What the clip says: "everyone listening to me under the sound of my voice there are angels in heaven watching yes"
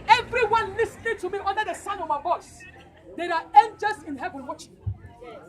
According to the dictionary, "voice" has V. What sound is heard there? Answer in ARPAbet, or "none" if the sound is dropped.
B